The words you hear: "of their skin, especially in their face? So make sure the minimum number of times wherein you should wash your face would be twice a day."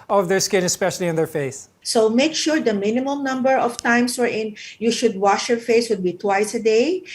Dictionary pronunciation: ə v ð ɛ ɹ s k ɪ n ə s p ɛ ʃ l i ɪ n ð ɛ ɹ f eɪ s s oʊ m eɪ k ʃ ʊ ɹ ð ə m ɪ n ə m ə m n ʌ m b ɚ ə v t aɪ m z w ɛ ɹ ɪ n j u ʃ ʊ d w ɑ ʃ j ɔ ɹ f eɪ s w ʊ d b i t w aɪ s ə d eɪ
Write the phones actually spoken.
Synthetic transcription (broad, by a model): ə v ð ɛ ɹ s k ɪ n ə s p ɛ ʃ l i ɪ n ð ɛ ɹ f eɪ s s oʊ m eɪ k ʃ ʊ ɹ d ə m ɪ n ə m ə m n ʌ m b ɚ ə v t aɪ m s w ɛ ɹ ɪ n j u ʃ ʊ d w ɑ ʃ j ɔ ɹ f eɪ s w ʊ d b i t w aɪ s ə d eɪ